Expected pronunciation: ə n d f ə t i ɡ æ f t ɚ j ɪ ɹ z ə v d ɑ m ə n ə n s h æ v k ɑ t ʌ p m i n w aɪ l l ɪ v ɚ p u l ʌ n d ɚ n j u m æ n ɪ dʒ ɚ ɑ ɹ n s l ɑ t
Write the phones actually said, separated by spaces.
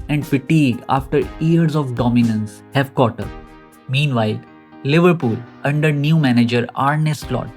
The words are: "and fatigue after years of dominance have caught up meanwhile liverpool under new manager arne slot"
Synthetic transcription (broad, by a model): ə n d p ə t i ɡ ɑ f t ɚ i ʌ ɹ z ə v d ɑ m ə n ə n s h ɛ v k ɑ t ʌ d m i n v aɪ l l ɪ v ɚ p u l ʌ n d ɚ n j u m æ n ɪ dʒ ɚ ɑ ɹ n s l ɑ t